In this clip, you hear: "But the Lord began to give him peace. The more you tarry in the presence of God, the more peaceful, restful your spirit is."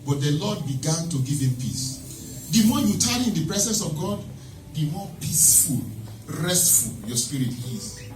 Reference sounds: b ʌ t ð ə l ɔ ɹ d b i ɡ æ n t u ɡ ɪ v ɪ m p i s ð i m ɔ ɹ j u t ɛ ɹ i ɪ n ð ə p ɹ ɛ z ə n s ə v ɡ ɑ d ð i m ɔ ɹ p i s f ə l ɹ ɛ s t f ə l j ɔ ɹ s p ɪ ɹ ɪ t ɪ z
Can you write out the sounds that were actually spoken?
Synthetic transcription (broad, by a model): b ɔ t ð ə l ɔ d b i ɡ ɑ n t u ɡ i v ɪ m p i s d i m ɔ j u t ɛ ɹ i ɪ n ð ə p ɹ ɛ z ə n s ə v ɡ ɑ d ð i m ɔ p i s f ə l ɹ ɛ s t f ə l j ɔ s p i ɹ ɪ t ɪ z